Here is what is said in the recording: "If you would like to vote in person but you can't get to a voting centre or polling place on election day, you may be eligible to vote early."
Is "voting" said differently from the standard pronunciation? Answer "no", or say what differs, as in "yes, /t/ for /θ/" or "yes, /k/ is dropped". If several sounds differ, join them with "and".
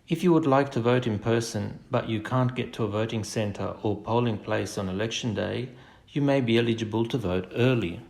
no